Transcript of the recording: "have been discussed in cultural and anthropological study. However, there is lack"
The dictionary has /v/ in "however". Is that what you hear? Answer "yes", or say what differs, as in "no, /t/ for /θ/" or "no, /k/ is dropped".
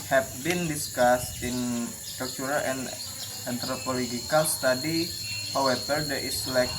no, /b/ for /v/